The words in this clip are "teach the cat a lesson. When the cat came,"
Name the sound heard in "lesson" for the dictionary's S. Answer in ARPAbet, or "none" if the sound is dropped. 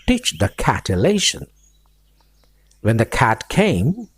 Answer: SH